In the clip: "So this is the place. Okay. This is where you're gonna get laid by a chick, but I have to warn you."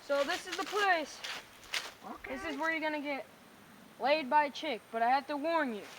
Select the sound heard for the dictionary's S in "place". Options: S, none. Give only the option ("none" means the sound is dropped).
S